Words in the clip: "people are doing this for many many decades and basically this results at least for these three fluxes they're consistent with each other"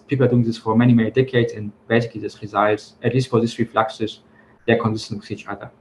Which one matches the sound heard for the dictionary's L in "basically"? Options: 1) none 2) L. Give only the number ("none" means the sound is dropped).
1